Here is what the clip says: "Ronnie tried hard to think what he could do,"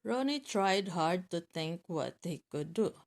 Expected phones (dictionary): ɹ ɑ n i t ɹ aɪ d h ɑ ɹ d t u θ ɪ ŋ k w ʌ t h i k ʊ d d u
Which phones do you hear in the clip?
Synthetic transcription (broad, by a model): ɹ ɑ n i t ɹ aɪ d h ɑ ɹ d t u t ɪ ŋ k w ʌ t h i k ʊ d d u